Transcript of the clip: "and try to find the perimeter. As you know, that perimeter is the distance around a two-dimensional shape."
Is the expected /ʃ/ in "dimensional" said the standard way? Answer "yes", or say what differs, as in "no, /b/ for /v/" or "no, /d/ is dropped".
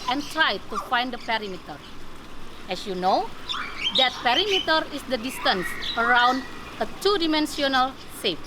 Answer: no, /s/ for /ʃ/